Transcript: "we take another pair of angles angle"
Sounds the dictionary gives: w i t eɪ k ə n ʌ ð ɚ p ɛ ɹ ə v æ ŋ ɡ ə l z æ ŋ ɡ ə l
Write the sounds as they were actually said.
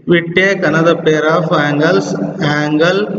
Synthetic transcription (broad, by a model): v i t eɪ k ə n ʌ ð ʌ p ɛ ɹ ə f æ ŋ ɡ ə l s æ ŋ ɡ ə l